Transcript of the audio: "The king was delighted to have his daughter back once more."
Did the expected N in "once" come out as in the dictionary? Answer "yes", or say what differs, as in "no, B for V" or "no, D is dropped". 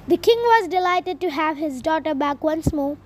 yes